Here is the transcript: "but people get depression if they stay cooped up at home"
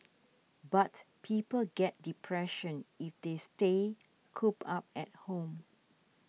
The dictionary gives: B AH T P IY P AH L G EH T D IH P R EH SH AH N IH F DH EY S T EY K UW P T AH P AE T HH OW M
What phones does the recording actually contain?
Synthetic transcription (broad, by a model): B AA T P IY P AH L G EH T D IH P R EH SH AH N IH F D EY S T EY K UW P AA P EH T HH OW M